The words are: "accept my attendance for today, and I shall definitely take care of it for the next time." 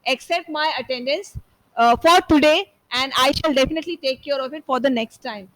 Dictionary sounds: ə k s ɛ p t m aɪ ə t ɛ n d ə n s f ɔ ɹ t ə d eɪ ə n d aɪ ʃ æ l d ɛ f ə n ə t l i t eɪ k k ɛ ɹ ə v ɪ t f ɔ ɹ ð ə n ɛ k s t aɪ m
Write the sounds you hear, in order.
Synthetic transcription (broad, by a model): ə k s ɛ p t m aɪ ə t ɛ n d ə n s f ɔ ɹ t ə d eɪ ə n d aɪ ʃ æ l d ɛ f ə n ə t l i t eɪ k k ɛ ɹ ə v ɪ t f ɔ ɹ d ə n ɛ k s t aɪ m